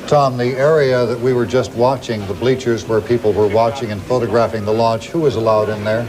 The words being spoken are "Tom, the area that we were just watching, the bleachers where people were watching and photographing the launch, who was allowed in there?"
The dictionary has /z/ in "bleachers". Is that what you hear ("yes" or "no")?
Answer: yes